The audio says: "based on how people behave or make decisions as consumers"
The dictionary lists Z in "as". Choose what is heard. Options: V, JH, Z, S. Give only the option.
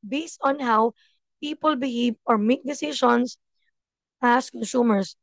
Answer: S